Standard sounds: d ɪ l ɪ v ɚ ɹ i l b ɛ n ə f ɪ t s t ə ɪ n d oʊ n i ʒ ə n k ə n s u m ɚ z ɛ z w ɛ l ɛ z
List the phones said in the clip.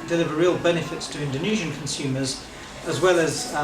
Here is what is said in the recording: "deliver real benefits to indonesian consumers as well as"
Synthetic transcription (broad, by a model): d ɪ l ɪ v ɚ ɹ i l b ɛ n ə f ɪ t s t ə ɪ n d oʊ n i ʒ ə n k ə n s u m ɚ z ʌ z w ɛ l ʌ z